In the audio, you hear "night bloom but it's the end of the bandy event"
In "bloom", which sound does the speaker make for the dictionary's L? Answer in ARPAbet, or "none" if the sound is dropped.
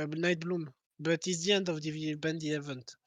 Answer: L